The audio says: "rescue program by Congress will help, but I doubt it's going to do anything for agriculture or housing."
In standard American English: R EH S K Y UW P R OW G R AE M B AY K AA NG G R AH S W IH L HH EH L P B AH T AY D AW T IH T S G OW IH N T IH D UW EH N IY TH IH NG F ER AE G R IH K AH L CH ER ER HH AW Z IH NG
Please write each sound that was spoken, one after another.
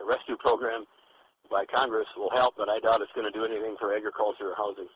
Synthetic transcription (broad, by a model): R EH S K Y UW P R OW G R AE M B AY K AA NG G R AH S W IH L HH EH L P B AH T AY D AW T IH T S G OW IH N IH D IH EH N IY TH IH NG F ER AE G R IH K AH L CH ER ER HH AW Z IH NG